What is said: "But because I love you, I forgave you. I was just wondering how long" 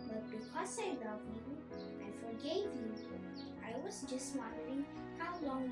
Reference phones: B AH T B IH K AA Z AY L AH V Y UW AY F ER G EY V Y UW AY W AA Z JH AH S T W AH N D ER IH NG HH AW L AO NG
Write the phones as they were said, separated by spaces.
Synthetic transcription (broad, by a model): B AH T B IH K AA S AY L AH V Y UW AY F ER G EY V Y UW AY W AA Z JH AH S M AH D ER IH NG HH AW L AO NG